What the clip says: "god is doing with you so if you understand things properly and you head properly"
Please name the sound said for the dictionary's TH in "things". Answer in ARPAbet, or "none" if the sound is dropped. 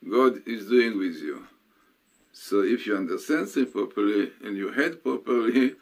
S